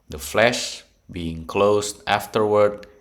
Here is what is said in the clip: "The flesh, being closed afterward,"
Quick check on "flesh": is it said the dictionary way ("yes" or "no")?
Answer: yes